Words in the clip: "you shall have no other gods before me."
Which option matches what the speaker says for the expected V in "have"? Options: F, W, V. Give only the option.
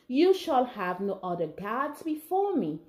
V